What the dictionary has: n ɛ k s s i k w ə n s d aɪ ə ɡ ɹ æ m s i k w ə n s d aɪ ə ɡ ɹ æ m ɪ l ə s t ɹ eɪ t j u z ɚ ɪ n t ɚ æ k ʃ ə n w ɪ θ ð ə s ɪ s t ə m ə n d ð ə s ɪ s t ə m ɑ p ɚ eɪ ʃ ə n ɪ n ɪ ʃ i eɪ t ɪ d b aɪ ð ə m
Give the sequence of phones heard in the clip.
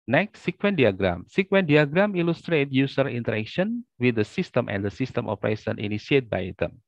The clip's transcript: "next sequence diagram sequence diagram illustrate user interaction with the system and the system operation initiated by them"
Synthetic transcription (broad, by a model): n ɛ k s s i k w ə n d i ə ɡ ɹ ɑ m s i k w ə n d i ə ɡ ɹ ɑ m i l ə s t ɹ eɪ t j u s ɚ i n t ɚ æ k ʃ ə n w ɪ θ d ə s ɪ s t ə m ə n d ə s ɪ s t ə m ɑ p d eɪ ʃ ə n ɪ n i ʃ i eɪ t b aɪ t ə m